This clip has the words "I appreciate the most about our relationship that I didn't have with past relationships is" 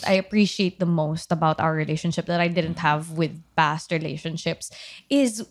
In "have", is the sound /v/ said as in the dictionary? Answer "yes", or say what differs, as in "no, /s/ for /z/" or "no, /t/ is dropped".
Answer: yes